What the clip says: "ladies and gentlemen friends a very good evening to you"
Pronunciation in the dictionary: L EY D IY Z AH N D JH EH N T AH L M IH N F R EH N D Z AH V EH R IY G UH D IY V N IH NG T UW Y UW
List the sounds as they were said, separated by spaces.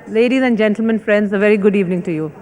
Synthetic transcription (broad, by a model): L EY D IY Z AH N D JH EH N T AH L M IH N F R EH N D Z AH V EH R IY G UH D IY V N IH NG T UW Y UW